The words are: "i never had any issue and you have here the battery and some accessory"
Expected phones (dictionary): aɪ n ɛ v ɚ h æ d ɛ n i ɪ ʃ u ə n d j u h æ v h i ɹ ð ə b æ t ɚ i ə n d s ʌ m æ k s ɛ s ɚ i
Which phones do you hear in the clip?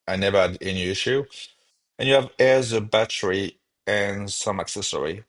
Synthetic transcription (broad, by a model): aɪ n ɛ v ɚ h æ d ɛ n i ɪ ʃ u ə n j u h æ v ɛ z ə b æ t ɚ i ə n s ʌ m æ k s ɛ s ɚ i